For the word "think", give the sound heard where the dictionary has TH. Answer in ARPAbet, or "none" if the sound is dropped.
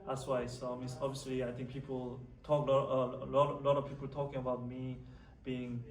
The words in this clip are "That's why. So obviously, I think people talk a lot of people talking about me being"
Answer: T